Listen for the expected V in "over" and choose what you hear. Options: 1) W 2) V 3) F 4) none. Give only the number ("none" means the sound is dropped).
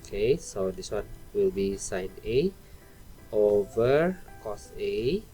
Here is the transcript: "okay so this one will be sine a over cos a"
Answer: 2